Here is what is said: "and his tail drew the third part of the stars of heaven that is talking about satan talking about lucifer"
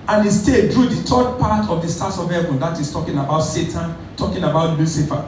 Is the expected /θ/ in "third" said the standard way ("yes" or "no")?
no